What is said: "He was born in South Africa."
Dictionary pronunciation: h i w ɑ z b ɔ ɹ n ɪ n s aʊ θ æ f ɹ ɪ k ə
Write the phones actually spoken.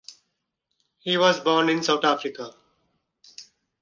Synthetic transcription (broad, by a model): h i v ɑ z b ɔ ɹ n ɪ n s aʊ t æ f ɹ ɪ k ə